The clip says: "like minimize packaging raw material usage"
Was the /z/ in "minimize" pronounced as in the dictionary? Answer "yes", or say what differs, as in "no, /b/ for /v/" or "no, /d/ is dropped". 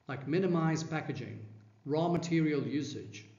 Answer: yes